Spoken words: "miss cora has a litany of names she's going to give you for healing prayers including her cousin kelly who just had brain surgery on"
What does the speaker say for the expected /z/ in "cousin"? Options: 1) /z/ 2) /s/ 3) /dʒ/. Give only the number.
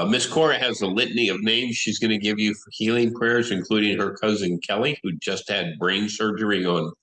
1